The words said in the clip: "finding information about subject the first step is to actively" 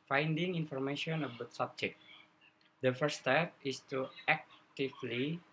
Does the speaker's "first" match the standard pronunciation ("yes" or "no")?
no